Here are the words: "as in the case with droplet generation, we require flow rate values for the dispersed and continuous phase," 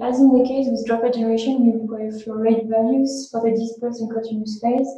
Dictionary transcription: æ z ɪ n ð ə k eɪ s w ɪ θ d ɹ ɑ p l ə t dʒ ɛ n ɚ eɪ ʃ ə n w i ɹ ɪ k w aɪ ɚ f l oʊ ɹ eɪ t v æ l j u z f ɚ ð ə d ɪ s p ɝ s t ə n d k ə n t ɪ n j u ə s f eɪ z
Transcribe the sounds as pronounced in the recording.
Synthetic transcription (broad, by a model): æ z ɪ n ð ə k eɪ s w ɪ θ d ɹ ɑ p ə dʒ ɛ n ɚ eɪ ʃ ə n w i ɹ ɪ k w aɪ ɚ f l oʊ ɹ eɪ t v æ l j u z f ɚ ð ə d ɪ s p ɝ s ə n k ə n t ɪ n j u s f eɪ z